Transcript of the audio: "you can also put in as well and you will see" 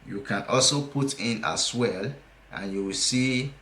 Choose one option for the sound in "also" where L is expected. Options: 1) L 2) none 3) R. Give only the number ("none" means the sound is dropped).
1